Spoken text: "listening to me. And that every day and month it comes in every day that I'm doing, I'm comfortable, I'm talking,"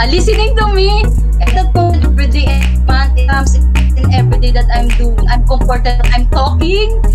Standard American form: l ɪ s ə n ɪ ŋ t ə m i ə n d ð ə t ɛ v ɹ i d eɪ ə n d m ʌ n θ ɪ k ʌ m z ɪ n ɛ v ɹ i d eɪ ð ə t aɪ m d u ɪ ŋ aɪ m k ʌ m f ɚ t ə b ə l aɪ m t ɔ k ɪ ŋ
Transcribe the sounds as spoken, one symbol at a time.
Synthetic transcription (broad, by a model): l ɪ s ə n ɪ ŋ t ə m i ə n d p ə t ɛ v ɹ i d eɪ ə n m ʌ n t ɪ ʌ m s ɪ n ɛ v ɹ i d eɪ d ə t aɪ m d u ɪ ŋ aɪ m k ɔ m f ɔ t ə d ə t aɪ m t ɔ k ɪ ŋ